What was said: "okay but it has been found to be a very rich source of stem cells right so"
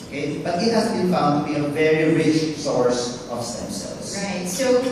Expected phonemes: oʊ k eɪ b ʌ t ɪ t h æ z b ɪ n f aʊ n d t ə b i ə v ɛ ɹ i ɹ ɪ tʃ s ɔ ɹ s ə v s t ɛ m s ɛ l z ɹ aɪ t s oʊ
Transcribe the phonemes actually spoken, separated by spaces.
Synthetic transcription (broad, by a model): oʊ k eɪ b ʌ t ɪ t h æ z b ɪ n f aʊ n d t ə b i ə v ɛ ɹ i ɹ ɪ tʃ s ɔ ɹ s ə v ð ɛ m s ɛ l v ɹ aɪ t s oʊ